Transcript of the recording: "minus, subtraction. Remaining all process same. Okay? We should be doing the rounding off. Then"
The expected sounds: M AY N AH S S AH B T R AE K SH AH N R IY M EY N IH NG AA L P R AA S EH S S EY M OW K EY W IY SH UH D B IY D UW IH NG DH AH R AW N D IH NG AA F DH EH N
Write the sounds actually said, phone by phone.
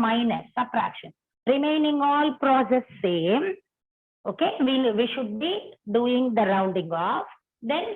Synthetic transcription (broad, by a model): M AY N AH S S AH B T R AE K SH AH N R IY M EY N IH NG AA L P R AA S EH S S EY M OW K EY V IY SH UH D B IY D UW IH NG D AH R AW N D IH NG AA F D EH N